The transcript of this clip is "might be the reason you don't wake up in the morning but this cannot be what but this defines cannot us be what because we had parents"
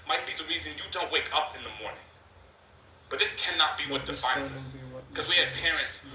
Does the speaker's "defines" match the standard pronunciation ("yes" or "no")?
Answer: yes